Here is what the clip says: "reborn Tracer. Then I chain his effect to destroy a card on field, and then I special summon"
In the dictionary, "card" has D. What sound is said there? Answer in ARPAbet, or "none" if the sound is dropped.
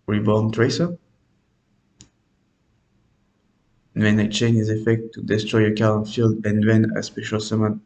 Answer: none